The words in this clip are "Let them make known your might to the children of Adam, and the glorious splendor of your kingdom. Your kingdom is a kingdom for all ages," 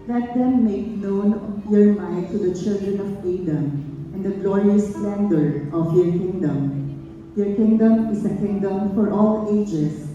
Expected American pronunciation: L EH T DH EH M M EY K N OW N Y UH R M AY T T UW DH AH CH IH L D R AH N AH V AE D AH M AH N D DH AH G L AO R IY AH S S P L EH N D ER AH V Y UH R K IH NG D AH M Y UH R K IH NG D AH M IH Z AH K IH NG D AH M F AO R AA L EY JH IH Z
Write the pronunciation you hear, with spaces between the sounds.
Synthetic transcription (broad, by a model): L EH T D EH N M EY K N OW N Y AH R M AY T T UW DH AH CH IH L D R AH N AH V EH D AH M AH N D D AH G L AO R IY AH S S L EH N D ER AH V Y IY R K IH NG D AH M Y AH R K IH NG D AH M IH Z AH K IH NG D AH M F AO R AA L EY JH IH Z